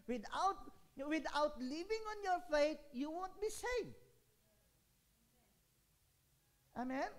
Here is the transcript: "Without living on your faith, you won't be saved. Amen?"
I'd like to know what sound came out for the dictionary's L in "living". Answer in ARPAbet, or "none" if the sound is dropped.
W